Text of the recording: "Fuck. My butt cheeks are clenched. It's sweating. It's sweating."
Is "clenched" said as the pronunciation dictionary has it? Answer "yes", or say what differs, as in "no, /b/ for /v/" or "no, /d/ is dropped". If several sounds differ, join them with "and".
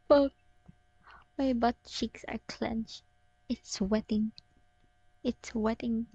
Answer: no, /t/ is dropped